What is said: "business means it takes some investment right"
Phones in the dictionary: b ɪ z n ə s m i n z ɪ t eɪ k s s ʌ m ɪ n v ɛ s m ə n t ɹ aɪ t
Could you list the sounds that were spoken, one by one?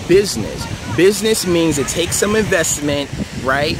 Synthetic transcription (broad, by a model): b ɪ z n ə s m i n z ɪ t eɪ k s s ʌ m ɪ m v ɛ s m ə n t ɹ aɪ t